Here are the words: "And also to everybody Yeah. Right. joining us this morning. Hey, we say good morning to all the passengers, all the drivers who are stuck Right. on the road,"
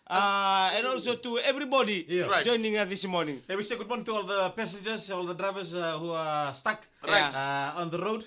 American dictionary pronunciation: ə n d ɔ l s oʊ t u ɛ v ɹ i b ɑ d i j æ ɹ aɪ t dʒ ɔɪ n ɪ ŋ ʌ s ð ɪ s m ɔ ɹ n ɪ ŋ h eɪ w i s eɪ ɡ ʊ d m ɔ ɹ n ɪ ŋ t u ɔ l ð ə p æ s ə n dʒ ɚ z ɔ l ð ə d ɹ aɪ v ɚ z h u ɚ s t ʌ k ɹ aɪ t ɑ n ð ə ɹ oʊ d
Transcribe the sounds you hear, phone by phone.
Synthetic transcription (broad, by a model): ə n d ɔ l s oʊ t u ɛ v ɹ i b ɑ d i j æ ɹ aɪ dʒ ɔɪ n ɪ ŋ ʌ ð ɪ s m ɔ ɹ n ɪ ŋ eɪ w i s eɪ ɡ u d m ɔ ɹ n ɪ ŋ t u ɔ l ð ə p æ s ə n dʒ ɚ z ɔ l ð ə d ɹ aɪ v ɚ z h u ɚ s t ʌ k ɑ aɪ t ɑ n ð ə ɹ oʊ d